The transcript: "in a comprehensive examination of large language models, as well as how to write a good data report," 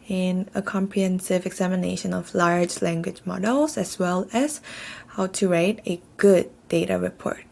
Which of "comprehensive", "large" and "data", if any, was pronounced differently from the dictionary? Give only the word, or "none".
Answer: none